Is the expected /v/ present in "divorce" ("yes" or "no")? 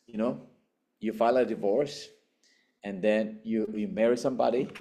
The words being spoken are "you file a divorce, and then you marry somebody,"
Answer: yes